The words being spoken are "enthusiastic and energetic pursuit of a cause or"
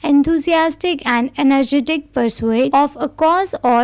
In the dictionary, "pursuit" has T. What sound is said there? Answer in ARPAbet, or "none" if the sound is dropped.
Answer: none